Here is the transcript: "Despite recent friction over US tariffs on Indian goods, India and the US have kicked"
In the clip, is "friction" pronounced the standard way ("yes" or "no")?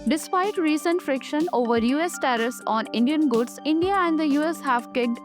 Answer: yes